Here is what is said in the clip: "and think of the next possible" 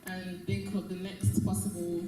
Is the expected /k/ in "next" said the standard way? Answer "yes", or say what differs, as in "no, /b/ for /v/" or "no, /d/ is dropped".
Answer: yes